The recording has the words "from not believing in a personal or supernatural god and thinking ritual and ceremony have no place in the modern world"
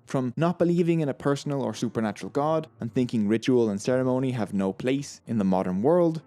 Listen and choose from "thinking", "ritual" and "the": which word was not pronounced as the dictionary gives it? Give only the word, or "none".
none